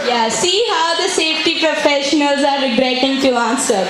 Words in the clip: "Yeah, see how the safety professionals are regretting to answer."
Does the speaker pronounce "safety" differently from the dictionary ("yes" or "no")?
no